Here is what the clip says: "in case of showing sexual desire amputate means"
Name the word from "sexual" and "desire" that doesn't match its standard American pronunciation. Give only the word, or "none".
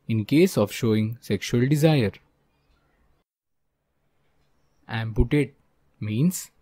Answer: none